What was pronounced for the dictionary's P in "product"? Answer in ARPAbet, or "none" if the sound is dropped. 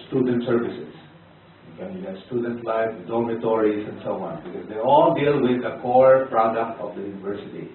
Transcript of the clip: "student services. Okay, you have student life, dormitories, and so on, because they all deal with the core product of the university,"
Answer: P